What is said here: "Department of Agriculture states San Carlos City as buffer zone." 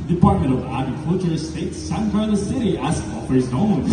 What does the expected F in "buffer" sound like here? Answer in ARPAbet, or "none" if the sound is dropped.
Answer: none